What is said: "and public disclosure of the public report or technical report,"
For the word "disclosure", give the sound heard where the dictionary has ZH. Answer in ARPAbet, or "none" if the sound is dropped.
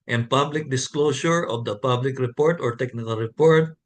S